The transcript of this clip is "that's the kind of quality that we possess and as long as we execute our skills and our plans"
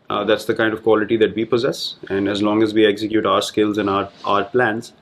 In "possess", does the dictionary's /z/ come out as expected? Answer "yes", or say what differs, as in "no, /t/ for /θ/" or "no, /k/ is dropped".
yes